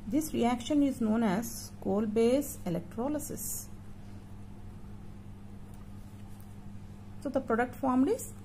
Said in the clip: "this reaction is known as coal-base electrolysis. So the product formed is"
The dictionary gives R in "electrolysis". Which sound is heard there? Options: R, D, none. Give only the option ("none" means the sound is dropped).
R